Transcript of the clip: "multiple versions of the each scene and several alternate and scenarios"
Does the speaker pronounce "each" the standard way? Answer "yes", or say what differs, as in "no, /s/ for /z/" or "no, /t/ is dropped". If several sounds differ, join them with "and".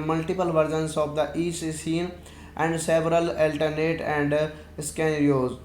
no, /s/ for /tʃ/